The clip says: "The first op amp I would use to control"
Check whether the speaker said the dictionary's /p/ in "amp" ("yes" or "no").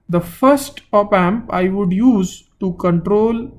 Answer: yes